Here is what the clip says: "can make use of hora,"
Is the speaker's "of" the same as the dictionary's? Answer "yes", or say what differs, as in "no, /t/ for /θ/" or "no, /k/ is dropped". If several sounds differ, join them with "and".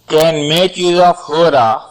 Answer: no, /f/ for /v/